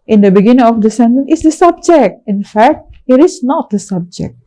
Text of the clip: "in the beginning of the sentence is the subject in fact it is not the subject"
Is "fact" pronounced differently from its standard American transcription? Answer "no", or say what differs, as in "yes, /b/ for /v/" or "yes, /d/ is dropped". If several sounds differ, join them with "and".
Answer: no